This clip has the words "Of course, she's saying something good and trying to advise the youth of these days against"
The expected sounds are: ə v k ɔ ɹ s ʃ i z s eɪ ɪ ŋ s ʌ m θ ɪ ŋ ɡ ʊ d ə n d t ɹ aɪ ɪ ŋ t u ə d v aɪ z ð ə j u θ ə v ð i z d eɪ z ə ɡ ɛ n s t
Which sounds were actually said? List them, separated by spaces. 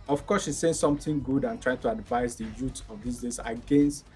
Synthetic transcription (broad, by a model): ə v k ɔ s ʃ i s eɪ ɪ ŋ s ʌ m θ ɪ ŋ ɡ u d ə n t ɹ aɪ ɪ ŋ t u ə d v aɪ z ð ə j u t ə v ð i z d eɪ s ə ɡ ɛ n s t